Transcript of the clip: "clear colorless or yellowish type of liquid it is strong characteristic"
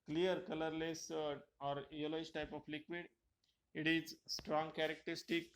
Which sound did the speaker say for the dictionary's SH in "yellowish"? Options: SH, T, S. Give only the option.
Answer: S